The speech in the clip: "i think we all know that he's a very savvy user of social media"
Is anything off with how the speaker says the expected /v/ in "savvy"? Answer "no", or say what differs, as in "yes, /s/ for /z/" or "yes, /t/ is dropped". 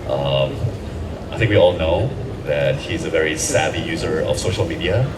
yes, /b/ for /v/